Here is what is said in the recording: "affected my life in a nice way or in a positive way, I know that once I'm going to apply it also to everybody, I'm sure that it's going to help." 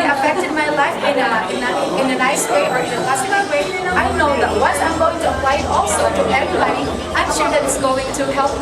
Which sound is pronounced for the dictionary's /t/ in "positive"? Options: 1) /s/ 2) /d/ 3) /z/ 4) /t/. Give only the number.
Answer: 1